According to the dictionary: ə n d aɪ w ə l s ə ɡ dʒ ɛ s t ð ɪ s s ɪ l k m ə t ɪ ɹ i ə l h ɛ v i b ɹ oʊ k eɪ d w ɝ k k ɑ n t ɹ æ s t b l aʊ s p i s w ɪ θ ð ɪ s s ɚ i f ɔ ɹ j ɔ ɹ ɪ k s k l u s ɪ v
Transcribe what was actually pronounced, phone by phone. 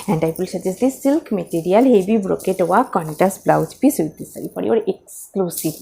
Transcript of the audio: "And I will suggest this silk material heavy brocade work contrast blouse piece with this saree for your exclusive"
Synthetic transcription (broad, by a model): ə n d aɪ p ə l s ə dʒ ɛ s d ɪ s s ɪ l k m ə t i ɹ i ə l h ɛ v i b ɹ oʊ k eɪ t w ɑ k k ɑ n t æ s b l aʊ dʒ p i s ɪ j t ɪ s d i f ɔ ɹ j ɔ ɹ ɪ k s k l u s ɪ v